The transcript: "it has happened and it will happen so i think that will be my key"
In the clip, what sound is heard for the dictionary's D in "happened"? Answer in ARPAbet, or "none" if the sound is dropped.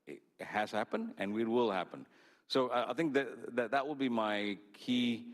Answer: D